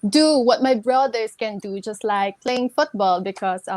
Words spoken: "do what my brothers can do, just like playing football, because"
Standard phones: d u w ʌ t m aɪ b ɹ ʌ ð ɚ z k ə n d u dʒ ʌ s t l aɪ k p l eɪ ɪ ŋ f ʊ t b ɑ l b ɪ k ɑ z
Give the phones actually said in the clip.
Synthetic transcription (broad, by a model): d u w ʌ t m aɪ b ɹ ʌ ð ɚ s k ə n d u dʒ ʌ s t l aɪ k p l eɪ ɪ ŋ f ʊ t b ɑ l b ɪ k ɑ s